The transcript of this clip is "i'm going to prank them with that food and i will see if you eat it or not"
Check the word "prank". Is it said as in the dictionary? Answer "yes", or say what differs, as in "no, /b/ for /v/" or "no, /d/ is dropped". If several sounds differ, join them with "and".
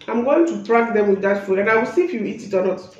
no, /ŋ/ is dropped